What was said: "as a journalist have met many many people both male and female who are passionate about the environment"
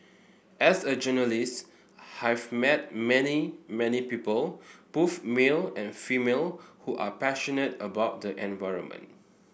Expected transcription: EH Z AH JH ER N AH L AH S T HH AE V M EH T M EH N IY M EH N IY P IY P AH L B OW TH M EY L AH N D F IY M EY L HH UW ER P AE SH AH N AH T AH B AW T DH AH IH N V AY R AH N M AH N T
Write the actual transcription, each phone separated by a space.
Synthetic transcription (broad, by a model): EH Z AH JH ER N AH L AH S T HH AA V M EH T M EH N IY M EH N IY P IY P AH L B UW F M EY L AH N F IY M EY L HH UW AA P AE SH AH N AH T AH B AW T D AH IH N V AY R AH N M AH N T